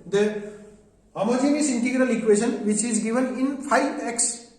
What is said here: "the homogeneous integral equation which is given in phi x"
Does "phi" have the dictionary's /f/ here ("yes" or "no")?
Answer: no